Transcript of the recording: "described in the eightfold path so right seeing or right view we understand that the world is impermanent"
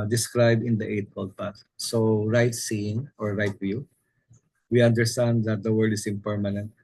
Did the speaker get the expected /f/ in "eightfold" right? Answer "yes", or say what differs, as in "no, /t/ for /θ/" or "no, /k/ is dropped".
no, /p/ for /f/